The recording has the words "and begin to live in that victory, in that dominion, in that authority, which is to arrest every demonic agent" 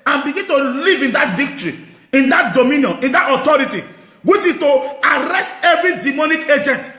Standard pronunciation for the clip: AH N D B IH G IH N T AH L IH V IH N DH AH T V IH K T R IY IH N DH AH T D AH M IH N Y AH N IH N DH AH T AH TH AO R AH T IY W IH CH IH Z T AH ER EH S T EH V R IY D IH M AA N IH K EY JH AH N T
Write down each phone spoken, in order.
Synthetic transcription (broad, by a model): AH N B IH G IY N T AH L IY V IH N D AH T V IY K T R IY IH N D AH T D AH M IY N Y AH N IH N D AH T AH T AO R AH T IY W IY CH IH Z T AH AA EH S T EH V R IY D IH M AA N IH K EY JH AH N T